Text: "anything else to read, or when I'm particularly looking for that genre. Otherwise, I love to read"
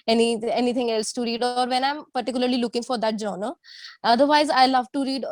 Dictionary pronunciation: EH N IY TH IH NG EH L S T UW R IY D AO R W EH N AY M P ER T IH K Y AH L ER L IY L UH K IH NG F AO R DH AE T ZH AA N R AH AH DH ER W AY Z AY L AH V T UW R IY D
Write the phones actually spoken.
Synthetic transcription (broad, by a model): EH N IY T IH NG EH L S T UW R IY D AO R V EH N AY M P ER T IH K Y AH L ER L IY L UH K IH NG F AO R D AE T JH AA N AH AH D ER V AY Z AY L AH V T UW R IY D